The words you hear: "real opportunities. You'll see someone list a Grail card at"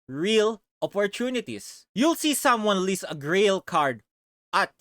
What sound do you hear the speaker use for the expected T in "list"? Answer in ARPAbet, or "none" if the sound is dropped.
none